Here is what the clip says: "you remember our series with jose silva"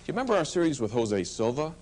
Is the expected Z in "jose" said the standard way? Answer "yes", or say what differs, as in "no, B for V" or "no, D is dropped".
yes